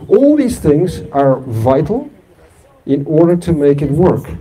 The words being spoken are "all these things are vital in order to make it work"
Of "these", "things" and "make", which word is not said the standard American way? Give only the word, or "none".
none